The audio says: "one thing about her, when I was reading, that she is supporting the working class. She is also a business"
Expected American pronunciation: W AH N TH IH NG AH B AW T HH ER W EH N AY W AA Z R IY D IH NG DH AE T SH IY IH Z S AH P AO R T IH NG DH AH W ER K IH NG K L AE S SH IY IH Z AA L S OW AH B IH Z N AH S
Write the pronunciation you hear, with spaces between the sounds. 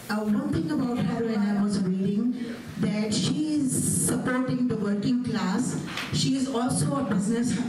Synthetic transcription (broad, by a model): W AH N T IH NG AH B AW T HH ER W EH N AY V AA Z R IY D IH NG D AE T SH IY IH Z S AH P AO R T IH NG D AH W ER K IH NG K L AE S SH IY IH Z AA L S OW AH B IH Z N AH S